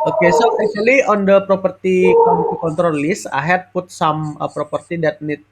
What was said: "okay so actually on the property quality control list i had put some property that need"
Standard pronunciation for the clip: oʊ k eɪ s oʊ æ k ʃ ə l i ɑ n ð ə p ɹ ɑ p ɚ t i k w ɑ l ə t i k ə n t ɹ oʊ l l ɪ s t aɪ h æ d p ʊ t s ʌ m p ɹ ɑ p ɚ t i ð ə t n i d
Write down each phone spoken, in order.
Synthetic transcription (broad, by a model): oʊ k eɪ s oʊ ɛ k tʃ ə l i ɑ n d ə p ɹ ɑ p ɚ t i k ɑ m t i k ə n t ɹ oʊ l l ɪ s aɪ h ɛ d p ʊ t s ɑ m p ɹ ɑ p ɚ t i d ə t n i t